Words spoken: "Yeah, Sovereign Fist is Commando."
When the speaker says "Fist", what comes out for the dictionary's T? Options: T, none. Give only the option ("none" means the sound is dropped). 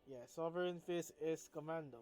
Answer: none